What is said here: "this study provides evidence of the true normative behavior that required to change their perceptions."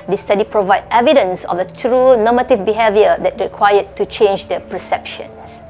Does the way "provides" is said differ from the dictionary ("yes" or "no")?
yes